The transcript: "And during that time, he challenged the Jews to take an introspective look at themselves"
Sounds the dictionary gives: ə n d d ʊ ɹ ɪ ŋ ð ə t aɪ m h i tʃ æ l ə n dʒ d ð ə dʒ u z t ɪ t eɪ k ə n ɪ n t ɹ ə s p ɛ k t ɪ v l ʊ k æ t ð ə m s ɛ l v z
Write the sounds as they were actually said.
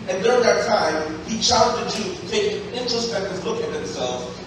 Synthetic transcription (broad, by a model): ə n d d ʊ ɹ ɪ ŋ ð ə t aɪ m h i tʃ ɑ ə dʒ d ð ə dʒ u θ t ɪ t eɪ ə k ɪ n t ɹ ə s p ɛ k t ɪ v l ʊ k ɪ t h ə m s ɛ l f